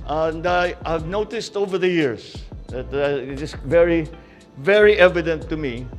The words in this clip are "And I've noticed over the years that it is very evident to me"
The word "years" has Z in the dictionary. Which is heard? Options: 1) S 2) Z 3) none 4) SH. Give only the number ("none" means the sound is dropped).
1